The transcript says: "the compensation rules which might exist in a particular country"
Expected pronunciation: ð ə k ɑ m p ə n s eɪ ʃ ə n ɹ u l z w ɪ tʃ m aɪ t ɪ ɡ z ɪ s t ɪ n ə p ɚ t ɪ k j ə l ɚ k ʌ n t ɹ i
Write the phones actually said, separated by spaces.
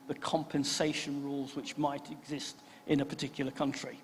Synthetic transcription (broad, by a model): ð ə k ɑ m p ə n s eɪ ʃ ə n ɹ u l z w ɪ tʃ m aɪ t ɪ ɡ z ɪ s t ɪ n ə p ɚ t ɪ k j l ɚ k ʌ n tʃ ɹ i